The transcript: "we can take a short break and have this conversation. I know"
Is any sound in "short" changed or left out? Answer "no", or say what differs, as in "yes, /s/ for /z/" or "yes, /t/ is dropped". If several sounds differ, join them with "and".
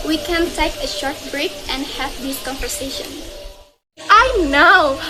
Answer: no